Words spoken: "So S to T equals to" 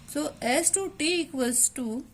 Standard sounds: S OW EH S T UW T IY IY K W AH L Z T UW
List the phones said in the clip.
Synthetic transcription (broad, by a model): S OW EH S T UW T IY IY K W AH Z T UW